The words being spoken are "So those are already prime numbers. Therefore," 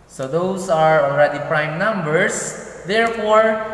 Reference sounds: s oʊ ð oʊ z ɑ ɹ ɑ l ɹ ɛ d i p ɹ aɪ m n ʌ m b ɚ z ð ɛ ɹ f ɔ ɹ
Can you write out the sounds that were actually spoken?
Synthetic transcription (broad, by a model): s oʊ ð oʊ s ɑ ɹ ɑ l ɹ ɛ d i p ɹ aɪ m n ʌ m b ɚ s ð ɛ ɹ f ɔ ɹ